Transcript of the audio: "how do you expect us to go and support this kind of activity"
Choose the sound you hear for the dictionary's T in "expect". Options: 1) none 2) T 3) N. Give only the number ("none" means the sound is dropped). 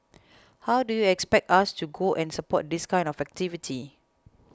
2